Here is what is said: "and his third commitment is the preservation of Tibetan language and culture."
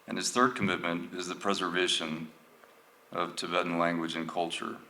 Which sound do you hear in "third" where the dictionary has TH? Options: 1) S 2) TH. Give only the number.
2